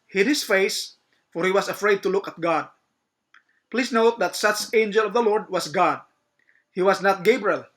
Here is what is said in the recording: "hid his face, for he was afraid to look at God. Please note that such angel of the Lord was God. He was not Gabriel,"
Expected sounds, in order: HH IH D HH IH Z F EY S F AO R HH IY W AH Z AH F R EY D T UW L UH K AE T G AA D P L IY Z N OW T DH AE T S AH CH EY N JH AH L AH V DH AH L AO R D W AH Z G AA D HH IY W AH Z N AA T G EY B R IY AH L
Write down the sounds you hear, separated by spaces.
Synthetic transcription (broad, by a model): HH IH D HH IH S F EY S F AO R HH IY W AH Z AH F R EY D T UW L UH K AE T G AA D P L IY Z N OW T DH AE T S AH CH EY N JH AH L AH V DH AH L AO R D W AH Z G AA D HH IY W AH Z N AA T G EY B R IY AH L